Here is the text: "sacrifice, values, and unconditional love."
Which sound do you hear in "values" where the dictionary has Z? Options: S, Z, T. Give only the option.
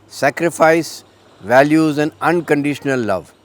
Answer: Z